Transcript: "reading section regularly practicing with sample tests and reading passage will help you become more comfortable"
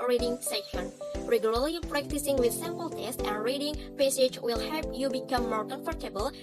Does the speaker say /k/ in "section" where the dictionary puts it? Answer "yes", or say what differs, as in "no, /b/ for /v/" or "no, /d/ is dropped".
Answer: no, /k/ is dropped